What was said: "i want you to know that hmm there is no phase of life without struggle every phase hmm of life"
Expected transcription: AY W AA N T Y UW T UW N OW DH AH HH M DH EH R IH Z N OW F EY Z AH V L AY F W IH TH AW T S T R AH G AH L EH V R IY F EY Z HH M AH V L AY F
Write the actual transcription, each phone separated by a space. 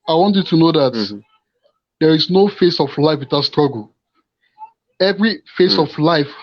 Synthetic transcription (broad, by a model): AY W AA N T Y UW T UW N OW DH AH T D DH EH R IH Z N OW F EY S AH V L AY F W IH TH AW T S T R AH G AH L EH V R IY F EY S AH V L AY F